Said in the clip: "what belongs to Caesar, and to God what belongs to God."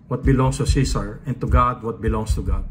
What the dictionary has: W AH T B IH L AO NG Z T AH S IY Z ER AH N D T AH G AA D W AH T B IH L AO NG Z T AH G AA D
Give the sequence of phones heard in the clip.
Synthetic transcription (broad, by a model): W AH T B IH L AO NG S T AH S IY S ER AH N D T AH G AA D W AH T B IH L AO NG S T AH G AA D